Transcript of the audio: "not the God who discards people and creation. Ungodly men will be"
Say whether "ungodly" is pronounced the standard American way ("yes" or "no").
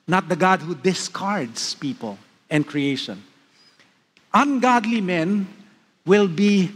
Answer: yes